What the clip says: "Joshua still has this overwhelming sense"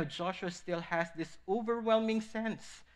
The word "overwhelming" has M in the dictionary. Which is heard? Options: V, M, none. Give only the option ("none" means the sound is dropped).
M